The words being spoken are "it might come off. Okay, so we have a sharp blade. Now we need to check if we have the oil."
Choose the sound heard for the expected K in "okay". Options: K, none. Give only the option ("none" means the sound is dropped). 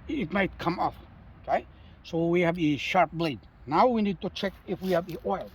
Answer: K